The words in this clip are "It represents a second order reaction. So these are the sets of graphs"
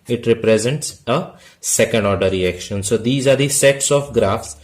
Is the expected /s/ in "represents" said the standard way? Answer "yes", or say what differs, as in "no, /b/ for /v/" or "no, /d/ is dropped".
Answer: yes